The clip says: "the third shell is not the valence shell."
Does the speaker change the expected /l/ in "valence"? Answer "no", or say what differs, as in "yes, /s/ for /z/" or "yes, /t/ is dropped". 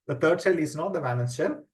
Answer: yes, /n/ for /l/